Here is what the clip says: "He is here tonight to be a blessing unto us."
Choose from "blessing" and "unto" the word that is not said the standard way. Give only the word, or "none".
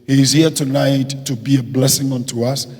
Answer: none